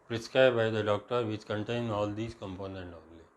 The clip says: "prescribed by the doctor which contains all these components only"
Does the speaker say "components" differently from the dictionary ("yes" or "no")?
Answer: yes